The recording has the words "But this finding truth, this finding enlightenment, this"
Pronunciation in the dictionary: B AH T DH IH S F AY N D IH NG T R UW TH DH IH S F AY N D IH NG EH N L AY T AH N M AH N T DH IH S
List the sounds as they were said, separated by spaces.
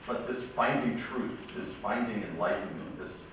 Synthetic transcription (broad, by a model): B AH T DH IH S F AY N D IH NG T R UW TH DH IH S F AY N D IH NG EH N L AY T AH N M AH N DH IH S